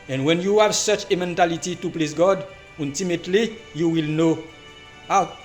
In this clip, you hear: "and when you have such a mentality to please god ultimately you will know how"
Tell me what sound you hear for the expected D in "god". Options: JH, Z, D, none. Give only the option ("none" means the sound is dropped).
D